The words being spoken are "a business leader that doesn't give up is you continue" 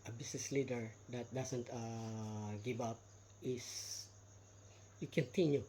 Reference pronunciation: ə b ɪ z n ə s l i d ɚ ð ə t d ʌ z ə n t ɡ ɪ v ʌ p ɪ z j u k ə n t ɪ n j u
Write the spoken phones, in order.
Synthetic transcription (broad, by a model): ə b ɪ s n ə s l i d ɚ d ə t d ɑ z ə n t ɡ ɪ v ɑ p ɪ s j u k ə n t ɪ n j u